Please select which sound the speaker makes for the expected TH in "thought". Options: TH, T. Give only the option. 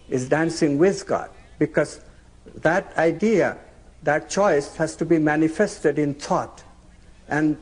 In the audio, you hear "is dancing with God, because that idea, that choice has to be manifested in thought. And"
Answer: T